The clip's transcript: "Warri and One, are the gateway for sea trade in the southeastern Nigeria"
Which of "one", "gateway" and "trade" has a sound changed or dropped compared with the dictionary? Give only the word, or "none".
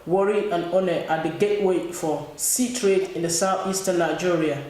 one